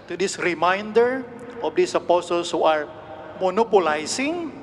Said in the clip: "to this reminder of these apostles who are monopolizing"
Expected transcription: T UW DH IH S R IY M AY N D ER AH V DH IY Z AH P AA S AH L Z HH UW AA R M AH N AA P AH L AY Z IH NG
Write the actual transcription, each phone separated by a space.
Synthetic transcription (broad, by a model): T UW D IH S R IY M AY N D ER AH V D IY S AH P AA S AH L S HH UW AA R M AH N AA P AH L AY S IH NG